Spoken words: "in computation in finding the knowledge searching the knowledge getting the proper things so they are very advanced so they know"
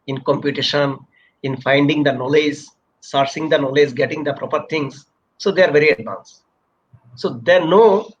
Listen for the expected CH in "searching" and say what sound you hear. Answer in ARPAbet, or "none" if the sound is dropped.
S